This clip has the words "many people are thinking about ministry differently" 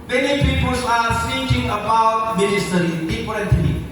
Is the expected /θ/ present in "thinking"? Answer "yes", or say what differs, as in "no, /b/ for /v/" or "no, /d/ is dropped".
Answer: no, /s/ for /θ/